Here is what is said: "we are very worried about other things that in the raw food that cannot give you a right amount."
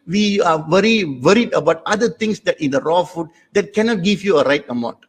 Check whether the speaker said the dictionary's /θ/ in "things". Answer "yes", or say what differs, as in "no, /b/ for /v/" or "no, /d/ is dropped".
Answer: no, /t/ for /θ/